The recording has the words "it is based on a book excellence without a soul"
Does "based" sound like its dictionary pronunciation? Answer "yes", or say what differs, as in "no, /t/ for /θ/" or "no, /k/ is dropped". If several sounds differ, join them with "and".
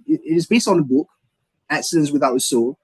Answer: yes